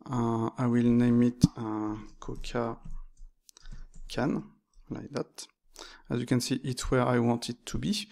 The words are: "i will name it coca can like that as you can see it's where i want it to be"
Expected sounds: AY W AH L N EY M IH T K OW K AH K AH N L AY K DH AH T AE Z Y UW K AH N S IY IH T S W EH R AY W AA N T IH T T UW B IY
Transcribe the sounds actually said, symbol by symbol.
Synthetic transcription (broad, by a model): AY W AH L N EY M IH T K OW K AH K AH N L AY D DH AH T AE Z Y UW K AH N S IY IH T W EH R AY W AA N T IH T T UW B IY